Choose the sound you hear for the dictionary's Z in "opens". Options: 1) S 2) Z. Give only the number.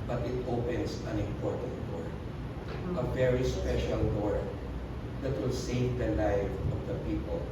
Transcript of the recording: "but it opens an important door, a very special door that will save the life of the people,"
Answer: 1